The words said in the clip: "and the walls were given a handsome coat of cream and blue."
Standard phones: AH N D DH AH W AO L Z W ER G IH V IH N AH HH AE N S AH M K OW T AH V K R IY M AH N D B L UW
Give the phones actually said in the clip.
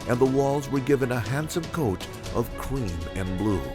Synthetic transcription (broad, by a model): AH N DH AH W AO L Z W ER G IH V IH N AH HH AE N S AH M K OW T AH V K R IY M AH N B L UW